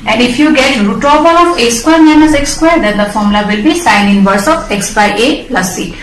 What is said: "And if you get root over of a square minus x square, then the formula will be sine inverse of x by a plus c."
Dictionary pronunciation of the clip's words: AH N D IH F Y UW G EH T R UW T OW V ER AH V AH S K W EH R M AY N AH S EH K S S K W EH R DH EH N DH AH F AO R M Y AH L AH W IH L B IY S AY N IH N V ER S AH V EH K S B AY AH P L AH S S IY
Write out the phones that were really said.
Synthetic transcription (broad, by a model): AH N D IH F Y UW G EH T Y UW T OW P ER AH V AH S K W EH R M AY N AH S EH K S S K W EH R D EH N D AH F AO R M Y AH L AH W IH L B IY S AY N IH N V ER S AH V EH K S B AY AH L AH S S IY